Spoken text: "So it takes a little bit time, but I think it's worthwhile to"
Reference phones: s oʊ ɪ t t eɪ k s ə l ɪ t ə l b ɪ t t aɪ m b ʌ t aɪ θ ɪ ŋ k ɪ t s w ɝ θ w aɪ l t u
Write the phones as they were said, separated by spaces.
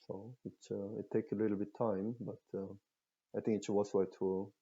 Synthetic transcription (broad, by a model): s oʊ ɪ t t eɪ k s ə l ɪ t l b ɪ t t aɪ m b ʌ t aɪ θ ɪ ŋ k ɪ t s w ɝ s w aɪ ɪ t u